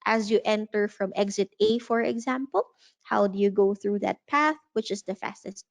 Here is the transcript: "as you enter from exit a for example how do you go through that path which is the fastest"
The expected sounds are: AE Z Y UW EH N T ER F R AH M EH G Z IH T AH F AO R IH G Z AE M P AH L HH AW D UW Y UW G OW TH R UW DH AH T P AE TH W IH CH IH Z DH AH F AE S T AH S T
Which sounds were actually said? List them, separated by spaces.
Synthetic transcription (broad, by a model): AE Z Y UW EH N T ER F R AH M EH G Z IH T AH F AO R IH G Z AE M P AH L HH AW D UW Y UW G OW TH R UW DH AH T P AE TH W IH CH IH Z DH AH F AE S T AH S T